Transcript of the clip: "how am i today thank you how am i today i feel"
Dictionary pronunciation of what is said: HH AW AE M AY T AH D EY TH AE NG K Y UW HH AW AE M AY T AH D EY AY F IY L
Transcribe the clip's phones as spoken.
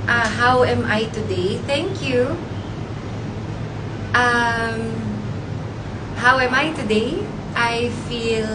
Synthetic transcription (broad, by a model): HH AW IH M AY T AH D EY TH AE NG K Y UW HH AW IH M AY T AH D EY AY F IY L